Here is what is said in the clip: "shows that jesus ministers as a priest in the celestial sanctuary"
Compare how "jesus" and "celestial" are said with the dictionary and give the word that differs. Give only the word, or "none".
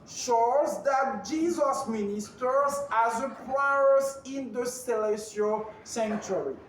celestial